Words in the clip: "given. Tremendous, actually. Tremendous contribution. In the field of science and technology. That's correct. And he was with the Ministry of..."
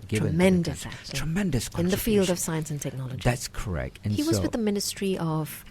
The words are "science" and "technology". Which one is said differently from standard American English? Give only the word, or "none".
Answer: none